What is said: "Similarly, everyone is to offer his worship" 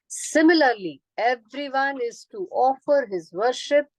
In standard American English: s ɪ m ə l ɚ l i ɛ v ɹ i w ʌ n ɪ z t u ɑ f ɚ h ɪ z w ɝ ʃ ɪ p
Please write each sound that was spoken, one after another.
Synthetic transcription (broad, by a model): s ɪ m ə l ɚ l i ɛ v ɹ i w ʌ n ɪ z t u ɑ f ɚ h ɪ z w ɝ ʃ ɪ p